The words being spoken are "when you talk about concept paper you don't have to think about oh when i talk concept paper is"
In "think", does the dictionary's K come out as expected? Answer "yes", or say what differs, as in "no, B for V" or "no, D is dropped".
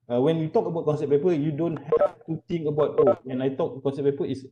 no, K is dropped